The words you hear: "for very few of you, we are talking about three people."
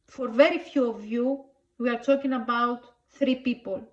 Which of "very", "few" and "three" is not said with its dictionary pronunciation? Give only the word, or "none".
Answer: none